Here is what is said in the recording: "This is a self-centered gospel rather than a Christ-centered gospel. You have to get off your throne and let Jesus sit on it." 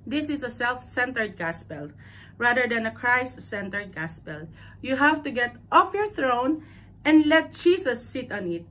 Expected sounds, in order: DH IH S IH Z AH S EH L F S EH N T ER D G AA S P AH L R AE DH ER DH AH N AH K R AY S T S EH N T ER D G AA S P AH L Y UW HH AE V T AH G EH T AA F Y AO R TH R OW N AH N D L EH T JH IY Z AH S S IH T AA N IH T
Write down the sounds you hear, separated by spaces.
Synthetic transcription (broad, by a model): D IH S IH S AH S EH L F S EH N T ER D G AA S P AH L R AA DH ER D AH N AH K R AY S T S EH N T ER D G AA S P AH L Y UW HH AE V T AH G EH T AA F Y AO R TH R OW N AH N D L EH T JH IY S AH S S IH T AA N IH T